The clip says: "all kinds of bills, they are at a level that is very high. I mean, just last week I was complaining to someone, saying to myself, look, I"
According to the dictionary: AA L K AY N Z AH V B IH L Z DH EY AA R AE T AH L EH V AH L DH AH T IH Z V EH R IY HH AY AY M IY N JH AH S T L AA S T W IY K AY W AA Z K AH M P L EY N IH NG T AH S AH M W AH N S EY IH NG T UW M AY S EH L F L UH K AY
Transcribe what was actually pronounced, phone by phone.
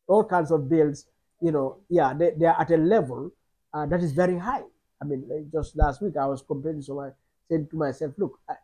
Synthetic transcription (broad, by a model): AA L K AY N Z AH V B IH L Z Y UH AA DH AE T AH L EH V AH L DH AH T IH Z V EH R IY HH AY AY M IY N JH AH S T L AA S T W IY K AY W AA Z K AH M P EY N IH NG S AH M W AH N S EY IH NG T UW M AY S EH L F L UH K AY